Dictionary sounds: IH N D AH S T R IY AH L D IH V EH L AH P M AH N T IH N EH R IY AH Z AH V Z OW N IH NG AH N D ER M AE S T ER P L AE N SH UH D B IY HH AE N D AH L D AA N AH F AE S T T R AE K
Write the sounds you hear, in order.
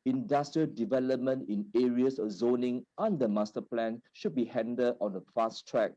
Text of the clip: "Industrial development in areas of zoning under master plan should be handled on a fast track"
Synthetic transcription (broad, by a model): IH N D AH S T R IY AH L D IH V EH L AH P M AH N T IH N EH R IY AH S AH F Z OW N IH NG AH N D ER M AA S T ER P L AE N SH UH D B IY HH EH N D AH D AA N AH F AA S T T R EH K